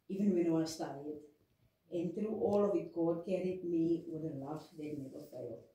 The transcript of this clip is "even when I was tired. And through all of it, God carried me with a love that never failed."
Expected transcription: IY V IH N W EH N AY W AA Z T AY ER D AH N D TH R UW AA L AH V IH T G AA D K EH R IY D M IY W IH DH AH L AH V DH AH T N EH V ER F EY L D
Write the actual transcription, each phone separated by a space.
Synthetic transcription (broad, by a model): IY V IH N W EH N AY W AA S T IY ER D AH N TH R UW AA L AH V IH T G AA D K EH R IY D M IY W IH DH AH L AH F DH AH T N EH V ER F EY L